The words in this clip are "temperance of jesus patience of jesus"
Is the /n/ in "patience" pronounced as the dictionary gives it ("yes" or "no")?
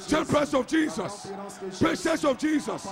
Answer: no